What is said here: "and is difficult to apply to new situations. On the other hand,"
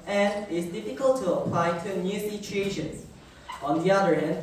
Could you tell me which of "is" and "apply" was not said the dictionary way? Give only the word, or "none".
is